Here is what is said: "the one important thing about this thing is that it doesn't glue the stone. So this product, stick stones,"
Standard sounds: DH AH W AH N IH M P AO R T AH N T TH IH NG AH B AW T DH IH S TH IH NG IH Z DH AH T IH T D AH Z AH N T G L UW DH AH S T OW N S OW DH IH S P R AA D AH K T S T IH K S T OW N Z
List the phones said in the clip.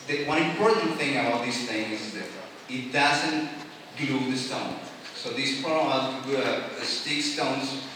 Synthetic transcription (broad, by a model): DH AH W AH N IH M P AO R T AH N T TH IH NG AH B AW T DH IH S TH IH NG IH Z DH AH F IH T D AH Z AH N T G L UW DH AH S T OW N S OW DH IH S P AA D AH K S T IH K S T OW N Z